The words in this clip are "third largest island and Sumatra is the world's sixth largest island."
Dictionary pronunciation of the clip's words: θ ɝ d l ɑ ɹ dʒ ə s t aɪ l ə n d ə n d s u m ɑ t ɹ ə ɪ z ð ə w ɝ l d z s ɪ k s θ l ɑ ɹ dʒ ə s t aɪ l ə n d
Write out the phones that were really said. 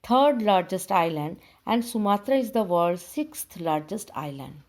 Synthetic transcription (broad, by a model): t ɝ d l ɑ ɹ dʒ ə s t aɪ l ə n d ə n d s u m ɑ t ɹ ə ɪ z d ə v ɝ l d s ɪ k s t l ɑ ɹ dʒ ə s t aɪ l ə n d